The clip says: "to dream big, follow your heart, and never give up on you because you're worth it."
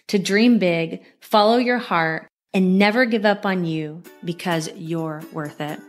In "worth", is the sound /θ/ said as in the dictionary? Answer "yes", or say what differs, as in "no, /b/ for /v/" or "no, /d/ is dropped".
yes